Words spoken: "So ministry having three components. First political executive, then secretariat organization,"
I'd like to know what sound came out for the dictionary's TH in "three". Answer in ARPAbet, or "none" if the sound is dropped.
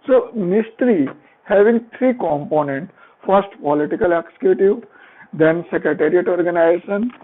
T